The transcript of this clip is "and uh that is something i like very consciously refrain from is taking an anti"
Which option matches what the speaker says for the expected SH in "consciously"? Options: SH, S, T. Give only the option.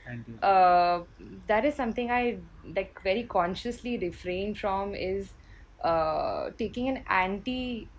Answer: SH